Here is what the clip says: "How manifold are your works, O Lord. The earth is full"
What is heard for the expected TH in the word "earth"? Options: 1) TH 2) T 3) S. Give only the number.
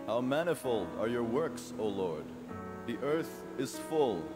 1